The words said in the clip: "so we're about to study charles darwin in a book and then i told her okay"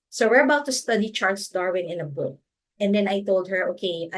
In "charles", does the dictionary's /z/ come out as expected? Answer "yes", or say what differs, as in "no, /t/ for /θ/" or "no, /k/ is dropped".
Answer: no, /s/ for /z/